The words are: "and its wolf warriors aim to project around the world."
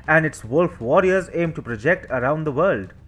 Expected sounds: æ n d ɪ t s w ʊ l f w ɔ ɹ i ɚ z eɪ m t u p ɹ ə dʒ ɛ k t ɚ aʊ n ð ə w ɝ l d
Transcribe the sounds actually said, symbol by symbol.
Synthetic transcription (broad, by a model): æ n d ɪ t s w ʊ l f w ɔ ɹ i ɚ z eɪ m t u p ɹ ə dʒ ɛ k t ɚ aʊ n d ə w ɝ l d